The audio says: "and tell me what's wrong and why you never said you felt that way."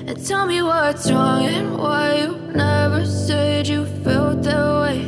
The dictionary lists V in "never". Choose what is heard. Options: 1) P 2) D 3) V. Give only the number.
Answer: 3